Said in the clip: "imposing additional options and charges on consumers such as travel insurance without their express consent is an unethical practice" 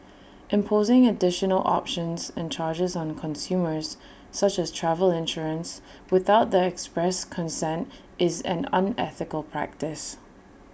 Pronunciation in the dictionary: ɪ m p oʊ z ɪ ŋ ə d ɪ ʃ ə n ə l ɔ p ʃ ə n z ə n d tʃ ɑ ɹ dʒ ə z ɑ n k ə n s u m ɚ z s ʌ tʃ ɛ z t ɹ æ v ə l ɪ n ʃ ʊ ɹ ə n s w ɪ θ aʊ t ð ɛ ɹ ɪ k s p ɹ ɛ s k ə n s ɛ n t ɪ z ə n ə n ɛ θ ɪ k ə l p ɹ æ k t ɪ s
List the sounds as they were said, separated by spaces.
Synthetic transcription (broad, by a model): ɪ m p oʊ z ɪ ŋ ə d ɪ ʃ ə n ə l ɔ p ʃ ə n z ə n tʃ ɑ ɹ dʒ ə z n k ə n s u m ɚ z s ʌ tʃ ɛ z t ɹ æ v ə l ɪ n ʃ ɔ ɹ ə n s w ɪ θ aʊ t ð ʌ ɪ k s p ɹ ɛ s k ə n s ɛ n t ɪ z ə n ə n ɛ θ ɪ k ə l p ɹ æ k t ɪ s